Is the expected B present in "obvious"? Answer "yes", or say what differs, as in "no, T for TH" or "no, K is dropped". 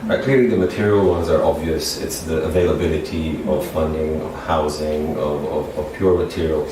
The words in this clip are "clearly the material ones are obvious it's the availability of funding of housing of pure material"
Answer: yes